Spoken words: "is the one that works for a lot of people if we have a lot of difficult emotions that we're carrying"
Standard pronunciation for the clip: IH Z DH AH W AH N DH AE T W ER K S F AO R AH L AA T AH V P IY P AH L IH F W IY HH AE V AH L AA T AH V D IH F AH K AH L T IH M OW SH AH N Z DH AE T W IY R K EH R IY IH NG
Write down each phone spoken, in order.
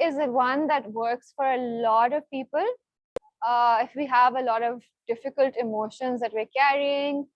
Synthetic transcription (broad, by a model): IH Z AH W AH N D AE T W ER K S F AO R AH L AA T AH V P IY P AH L IH F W IY HH AE V AH L AA T AH V D IH F AH K AH L T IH M OW SH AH N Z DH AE T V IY R K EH R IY IH NG